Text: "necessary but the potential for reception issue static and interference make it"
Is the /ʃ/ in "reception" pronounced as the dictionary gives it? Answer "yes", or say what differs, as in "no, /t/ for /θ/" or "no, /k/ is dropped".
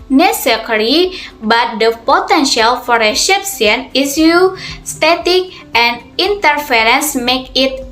no, /s/ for /ʃ/